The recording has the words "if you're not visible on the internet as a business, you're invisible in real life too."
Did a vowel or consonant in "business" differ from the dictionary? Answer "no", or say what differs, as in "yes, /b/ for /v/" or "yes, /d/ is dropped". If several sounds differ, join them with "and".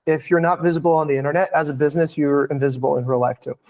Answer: no